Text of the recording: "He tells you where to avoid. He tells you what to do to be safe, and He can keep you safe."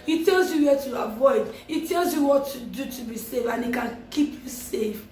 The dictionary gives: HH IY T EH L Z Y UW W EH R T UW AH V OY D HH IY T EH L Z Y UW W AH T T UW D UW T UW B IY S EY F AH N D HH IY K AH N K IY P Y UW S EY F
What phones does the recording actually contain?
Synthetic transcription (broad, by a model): HH IY T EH L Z Y UW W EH T UW AH V OY D HH IY T EH L Z Y UW W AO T T UW D UW T UW B IY S EY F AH N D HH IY K AH N K IY P Y UW S EY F